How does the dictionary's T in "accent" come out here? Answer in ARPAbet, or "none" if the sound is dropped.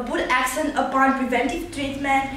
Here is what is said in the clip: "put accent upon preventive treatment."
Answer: none